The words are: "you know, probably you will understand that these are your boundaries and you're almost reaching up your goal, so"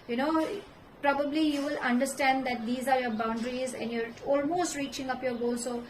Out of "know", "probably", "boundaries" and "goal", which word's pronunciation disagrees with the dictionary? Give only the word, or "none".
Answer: none